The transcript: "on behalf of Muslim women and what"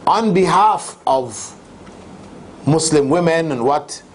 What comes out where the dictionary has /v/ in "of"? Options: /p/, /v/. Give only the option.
/v/